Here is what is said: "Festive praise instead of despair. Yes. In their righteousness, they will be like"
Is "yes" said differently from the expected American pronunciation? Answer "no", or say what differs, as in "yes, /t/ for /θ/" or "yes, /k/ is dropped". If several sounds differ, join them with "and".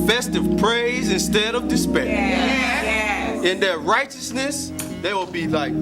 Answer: yes, /s/ is dropped